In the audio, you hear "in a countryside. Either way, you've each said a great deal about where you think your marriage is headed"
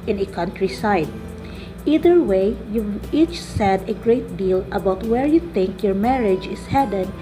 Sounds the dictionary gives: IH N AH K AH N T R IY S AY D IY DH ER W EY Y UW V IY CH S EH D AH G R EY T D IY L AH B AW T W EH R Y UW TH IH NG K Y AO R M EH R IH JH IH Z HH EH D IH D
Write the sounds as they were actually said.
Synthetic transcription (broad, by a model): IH N AH K AH N T R IY S AY D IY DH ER W EY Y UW IY CH S EH D AH G R EY T D IY L AH B AW T W EH R Y UW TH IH NG K Y AO R M EH R IH JH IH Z HH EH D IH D